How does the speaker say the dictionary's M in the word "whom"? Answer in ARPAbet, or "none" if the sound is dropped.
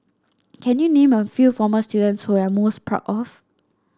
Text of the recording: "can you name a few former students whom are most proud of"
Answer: none